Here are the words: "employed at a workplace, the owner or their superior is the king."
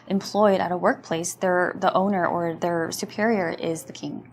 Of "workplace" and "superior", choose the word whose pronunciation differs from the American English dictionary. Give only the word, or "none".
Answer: none